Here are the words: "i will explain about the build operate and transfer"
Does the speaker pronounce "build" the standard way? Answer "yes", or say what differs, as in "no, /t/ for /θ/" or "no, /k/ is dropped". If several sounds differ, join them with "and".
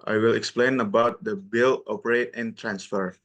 no, /d/ is dropped